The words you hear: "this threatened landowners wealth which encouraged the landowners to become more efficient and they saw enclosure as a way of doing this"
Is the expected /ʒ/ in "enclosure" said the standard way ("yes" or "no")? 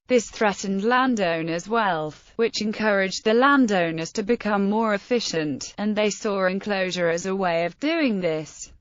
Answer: yes